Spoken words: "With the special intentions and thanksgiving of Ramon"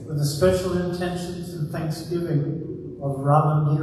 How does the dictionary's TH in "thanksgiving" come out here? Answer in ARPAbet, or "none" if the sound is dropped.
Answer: TH